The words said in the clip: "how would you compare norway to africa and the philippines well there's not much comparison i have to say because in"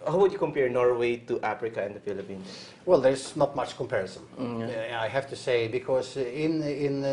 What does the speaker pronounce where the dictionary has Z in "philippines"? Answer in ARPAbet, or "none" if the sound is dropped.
none